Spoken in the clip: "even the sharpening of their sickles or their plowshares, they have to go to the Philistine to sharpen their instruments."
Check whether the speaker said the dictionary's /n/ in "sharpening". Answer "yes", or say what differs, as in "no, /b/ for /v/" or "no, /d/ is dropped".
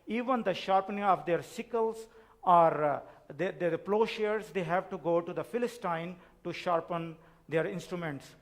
yes